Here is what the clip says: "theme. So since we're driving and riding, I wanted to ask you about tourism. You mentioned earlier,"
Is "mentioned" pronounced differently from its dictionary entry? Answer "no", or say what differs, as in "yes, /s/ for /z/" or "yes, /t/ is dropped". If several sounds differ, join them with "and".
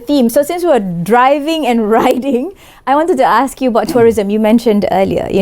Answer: no